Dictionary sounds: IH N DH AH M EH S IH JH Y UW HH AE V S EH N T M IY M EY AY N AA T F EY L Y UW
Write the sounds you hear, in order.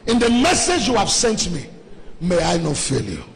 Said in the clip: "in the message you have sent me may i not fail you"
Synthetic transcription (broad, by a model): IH N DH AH M EH S IH JH Y UW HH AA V S EH N T M IY M EY AY N AA T F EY L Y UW